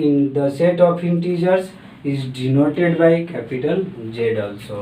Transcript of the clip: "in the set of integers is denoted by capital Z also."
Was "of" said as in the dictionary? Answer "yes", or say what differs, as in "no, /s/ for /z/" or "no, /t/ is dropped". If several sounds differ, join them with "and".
no, /p/ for /v/